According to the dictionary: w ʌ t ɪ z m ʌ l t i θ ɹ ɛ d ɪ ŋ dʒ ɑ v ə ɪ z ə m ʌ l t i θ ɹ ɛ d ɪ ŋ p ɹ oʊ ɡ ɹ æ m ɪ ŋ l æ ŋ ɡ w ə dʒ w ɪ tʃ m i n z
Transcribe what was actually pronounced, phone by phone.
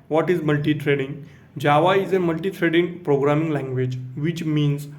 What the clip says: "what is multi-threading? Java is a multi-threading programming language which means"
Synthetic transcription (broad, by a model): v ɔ t ɪ z m ʌ l t i t ɹ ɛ d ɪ ŋ dʒ ɑ v ə ɪ z ə m ʌ l t i t ɹ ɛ d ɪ ŋ p ɹ oʊ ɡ ɹ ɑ m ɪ ŋ l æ ŋ ɡ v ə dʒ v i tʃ m i n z